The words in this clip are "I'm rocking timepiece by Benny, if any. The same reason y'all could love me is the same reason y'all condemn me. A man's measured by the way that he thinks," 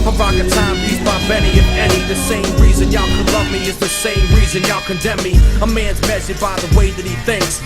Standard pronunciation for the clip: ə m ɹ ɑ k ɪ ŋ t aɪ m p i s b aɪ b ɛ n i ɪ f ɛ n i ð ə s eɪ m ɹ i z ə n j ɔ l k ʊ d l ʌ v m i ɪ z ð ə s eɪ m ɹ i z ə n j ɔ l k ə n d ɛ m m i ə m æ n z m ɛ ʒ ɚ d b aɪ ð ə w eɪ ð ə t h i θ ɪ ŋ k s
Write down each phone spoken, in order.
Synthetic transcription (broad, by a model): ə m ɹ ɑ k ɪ t aɪ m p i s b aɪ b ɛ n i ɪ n ɛ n i ð ə s eɪ m ɹ i z ə n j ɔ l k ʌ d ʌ m i ɪ z ð ə s eɪ m ɹ i z ə n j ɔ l k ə n d ɛ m m i ə m æ n z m ɛ s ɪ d b aɪ ð ə w eɪ ð ə t h i θ ɪ ŋ k s